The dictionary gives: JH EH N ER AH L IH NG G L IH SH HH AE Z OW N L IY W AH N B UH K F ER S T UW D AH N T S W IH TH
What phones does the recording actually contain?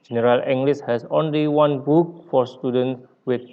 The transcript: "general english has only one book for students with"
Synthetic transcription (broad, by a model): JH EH N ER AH L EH NG G L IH S HH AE S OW N L IY W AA N B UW K F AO S T UW D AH N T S W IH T